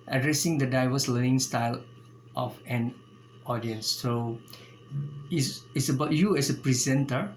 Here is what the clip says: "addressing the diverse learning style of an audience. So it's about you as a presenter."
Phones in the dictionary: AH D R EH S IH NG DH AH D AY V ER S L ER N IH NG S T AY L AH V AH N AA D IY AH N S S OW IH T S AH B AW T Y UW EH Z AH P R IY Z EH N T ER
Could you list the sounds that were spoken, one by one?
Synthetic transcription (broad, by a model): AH D R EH S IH NG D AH D AY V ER S L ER N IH NG S T AY L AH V AH N AA D IY AH N S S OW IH S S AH B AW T Y UW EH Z AH P R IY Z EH N T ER